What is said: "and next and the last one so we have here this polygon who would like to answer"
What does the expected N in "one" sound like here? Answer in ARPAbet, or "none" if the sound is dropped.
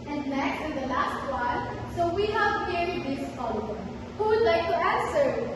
L